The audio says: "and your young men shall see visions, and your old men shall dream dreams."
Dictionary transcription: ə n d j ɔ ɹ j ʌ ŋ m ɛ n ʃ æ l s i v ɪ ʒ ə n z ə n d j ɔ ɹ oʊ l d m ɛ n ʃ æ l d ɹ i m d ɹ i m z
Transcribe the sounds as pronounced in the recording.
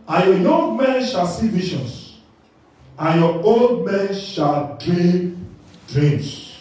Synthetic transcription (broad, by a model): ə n j ɔ j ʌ ŋ m ɛ n ʃ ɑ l s i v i ʃ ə n s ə n j ɔ oʊ l d m ɛ n ʃ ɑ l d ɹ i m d ɹ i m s